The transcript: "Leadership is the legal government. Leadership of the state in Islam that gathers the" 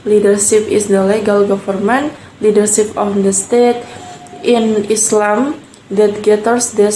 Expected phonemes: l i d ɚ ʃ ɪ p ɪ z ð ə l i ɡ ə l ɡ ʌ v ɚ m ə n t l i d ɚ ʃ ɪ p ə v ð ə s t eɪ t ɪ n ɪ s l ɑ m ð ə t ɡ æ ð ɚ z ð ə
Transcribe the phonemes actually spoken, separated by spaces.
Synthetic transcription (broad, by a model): l i d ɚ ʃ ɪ p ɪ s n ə l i ɡ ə l ɡ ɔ f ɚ m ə n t l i d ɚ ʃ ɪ p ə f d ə s t eɪ t ɪ n ɪ s l ɑ m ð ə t ɡ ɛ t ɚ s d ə